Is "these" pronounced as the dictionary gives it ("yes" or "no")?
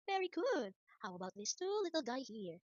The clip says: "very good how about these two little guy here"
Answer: no